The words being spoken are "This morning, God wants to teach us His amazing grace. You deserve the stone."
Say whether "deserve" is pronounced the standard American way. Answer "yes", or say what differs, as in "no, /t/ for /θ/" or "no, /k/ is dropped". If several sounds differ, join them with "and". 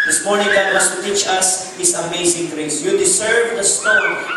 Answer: no, /s/ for /z/